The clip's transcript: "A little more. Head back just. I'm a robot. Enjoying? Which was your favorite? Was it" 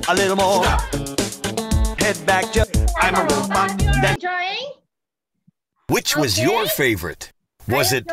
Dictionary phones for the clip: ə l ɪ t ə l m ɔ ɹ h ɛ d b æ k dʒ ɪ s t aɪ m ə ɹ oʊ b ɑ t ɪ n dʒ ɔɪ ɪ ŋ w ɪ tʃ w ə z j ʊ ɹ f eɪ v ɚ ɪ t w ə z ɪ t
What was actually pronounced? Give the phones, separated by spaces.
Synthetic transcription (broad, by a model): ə l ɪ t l m ɔ ɹ h ɛ d b æ k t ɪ aɪ m ə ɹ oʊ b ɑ ɪ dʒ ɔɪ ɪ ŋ w ɪ tʃ w ə z j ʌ ɹ f eɪ v ɚ ɪ t w ə z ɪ t